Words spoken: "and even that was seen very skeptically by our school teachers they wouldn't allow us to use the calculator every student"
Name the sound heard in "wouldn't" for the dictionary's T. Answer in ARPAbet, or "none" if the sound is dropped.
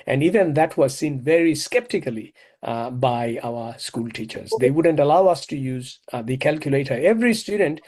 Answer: T